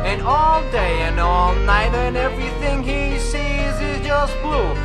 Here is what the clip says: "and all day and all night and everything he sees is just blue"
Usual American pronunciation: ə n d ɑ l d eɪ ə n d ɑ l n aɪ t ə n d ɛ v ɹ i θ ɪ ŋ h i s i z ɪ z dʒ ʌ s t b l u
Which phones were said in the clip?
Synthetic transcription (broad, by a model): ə n ɑ l d eɪ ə n ɑ l n aɪ t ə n ɛ v ɹ i θ ɪ ŋ h i s i z ɪ z dʒ ʌ s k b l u